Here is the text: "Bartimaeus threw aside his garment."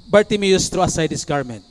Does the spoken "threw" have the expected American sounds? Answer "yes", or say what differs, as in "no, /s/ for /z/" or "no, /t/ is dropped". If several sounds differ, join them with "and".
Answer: no, /t/ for /θ/